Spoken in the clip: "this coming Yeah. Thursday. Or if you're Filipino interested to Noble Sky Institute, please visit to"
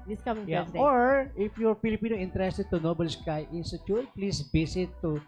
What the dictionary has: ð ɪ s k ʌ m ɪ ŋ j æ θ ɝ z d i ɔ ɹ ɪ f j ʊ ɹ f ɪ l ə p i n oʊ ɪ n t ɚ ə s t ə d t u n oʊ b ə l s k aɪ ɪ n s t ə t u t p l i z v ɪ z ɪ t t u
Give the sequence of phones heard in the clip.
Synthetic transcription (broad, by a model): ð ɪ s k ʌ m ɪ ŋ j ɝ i ɔ ɹ ɪ f j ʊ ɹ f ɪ l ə p i n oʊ ɪ n t ɚ ə s t ə d t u n oʊ b ə l s k aɪ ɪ n s t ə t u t p l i s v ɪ s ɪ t t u